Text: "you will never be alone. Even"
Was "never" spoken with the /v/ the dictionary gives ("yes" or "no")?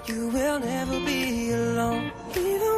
yes